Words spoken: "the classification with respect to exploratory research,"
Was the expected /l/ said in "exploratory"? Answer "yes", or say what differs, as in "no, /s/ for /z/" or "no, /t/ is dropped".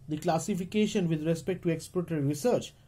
no, /l/ is dropped